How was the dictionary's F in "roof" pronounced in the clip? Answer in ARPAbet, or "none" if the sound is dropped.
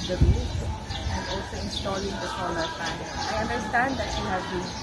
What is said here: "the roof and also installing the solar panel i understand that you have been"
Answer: none